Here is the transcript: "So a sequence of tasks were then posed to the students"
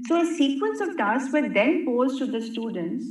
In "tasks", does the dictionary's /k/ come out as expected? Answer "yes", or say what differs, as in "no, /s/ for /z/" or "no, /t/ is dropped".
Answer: no, /k/ is dropped